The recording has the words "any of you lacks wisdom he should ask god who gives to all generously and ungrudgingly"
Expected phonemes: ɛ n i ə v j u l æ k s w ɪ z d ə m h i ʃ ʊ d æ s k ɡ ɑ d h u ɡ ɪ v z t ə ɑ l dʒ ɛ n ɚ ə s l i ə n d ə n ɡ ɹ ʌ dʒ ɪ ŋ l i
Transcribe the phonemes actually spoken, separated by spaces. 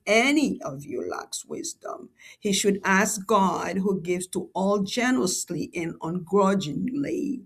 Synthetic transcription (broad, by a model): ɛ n i ə v j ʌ l æ k s w ɪ z d ə m h i ʃ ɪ d æ s k ɡ ɑ d h u ɡ ɪ v z t ə ɑ l dʒ ɛ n ɚ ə s l i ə n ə n ɡ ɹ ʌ dʒ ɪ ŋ l i